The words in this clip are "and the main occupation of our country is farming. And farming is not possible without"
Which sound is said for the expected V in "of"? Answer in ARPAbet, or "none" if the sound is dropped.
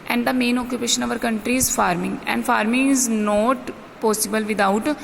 V